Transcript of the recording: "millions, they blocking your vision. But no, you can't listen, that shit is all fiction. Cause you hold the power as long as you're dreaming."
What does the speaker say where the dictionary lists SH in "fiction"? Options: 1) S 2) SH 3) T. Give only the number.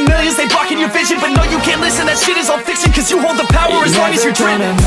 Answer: 1